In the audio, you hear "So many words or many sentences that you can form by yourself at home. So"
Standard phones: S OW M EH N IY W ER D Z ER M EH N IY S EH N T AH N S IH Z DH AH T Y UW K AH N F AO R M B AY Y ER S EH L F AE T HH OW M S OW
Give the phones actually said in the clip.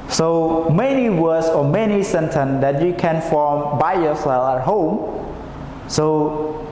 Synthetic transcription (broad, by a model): S OW M EH N IY W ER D S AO M EH N IY S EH N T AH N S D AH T Y UW K AH N F AO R M B AY Y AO S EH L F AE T HH OW M S OW